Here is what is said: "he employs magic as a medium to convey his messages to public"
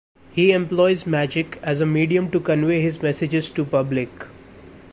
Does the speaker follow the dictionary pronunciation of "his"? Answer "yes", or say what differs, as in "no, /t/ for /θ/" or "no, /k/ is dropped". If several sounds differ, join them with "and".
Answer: yes